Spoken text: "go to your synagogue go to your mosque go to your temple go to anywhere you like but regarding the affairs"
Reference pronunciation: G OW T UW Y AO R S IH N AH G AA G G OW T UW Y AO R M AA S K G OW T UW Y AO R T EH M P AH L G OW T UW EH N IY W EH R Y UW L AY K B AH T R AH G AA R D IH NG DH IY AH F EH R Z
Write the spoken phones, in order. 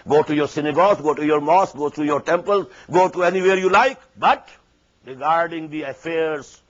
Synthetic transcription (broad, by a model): G OW T UW Y AO R S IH N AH G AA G G OW T UW Y AO R M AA S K G OW T UW Y AO R T EH M P AH L G OW T UW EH N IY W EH R Y UW L AY K B AH T R AH G AA R D IH NG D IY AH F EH R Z